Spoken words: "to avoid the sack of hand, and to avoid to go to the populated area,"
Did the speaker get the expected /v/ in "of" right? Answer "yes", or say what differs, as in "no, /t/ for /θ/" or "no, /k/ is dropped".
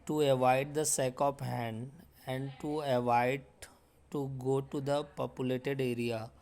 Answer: no, /p/ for /v/